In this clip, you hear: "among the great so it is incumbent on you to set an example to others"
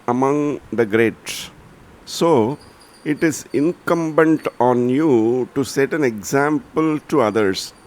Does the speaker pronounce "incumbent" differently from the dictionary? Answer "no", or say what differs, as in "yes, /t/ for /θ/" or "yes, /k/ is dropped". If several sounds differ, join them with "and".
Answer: no